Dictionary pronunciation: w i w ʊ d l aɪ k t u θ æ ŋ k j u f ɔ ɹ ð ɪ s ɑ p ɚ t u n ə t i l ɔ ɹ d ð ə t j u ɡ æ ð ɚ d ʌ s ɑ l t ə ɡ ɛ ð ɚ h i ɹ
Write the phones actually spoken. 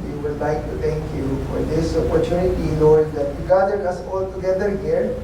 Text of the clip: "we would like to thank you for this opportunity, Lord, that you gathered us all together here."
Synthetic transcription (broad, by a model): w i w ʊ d l aɪ k t u t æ ŋ k j u f ɔ ɹ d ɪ s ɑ p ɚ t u n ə t i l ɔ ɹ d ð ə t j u ɡ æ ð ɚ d ʌ s ɑ l t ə ɡ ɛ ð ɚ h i ɹ